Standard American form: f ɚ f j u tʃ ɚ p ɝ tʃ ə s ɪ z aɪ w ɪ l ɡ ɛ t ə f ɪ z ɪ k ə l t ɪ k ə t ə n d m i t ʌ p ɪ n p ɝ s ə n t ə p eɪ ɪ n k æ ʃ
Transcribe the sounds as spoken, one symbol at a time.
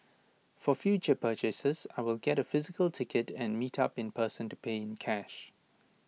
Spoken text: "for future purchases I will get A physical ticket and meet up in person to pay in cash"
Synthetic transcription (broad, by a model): f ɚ f j u tʃ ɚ p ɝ tʃ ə s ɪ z aɪ w ɪ l ɡ ɛ t ə f ɪ z ɪ k ə l t ɪ k ə t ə n m i t ʌ p ɪ n p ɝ s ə n t ə p eɪ ɪ n k æ ʃ